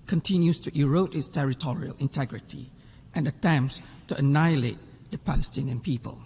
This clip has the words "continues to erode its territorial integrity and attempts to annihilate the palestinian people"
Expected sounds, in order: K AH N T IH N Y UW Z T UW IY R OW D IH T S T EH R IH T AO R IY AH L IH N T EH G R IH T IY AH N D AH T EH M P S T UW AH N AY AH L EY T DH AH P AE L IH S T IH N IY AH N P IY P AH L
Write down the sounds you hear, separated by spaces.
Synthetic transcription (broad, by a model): K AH N T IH N Y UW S T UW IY R OW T IH T S T EH R IH T AO R IY AH L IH N T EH G R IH T IY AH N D AH T EH M P S T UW AH N AY AH L EY T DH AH P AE L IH S T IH N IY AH N P IY P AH L